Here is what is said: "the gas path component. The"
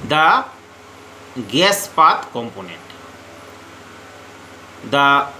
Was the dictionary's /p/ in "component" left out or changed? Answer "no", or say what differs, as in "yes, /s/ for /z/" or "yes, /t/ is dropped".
no